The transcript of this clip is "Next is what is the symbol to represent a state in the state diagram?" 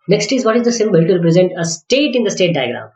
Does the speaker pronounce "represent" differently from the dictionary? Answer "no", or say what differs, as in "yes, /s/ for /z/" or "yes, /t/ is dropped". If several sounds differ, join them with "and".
no